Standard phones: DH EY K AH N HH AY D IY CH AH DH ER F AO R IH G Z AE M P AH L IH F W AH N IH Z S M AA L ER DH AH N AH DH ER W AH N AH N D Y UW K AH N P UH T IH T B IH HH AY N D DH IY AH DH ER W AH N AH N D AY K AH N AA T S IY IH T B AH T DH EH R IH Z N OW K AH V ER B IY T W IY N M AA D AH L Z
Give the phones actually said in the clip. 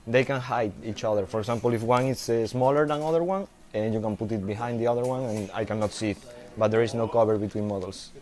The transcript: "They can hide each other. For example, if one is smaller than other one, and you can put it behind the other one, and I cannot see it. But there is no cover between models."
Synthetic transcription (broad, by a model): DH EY K AH N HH AY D IY CH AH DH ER F AO R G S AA M P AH L IH F W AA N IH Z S M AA L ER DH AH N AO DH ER W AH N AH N Y UW K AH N P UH T IH T B IH HH AY N D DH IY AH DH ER W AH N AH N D AY K AH N AA T S IY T B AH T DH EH R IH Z N OW K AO B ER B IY T W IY N M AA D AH L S